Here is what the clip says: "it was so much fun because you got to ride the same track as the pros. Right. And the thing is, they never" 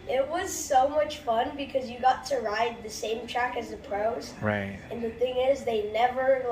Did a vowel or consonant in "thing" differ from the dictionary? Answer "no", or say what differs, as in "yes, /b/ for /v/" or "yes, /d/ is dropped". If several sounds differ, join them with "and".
no